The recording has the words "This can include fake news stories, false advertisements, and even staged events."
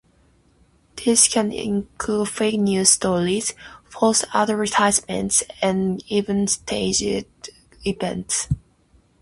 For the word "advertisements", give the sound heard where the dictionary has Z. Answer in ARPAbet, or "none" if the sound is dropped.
S